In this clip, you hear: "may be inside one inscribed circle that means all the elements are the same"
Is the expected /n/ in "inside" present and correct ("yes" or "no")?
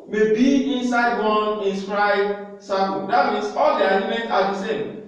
yes